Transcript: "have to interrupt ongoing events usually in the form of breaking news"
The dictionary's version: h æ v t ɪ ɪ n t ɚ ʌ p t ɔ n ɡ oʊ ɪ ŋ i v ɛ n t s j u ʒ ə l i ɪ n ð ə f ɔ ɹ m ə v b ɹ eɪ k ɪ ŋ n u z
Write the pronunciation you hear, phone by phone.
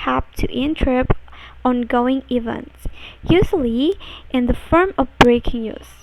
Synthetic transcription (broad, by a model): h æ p t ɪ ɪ n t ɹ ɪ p ɔ n ɡ oʊ ɪ ŋ i v ɛ n t s j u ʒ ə l i ɪ n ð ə f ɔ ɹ m ə v b ɹ eɪ k ɪ ŋ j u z